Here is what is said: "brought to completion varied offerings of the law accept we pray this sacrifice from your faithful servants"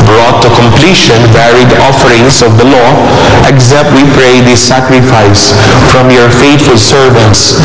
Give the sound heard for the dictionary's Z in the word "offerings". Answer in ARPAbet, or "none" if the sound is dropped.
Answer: S